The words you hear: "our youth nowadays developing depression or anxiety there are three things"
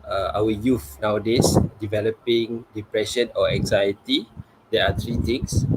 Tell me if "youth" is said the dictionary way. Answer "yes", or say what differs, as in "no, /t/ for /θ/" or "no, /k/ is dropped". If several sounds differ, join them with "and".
no, /f/ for /θ/